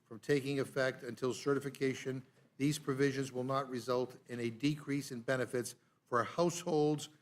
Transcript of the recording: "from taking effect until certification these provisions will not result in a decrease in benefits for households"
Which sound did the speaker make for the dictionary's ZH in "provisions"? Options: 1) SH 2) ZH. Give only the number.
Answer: 2